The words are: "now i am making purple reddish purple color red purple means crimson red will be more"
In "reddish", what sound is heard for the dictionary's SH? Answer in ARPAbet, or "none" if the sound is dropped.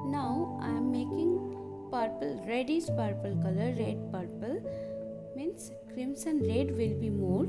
S